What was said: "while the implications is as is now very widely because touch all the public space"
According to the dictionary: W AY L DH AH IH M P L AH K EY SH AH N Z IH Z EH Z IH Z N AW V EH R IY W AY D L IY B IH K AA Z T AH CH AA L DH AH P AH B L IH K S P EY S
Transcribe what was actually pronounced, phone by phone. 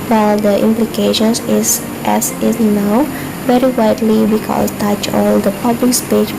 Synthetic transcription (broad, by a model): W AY L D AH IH M P L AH K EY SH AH N S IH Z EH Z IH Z N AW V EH R IY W AY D L IY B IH K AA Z T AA CH AA L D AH P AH B L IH K S P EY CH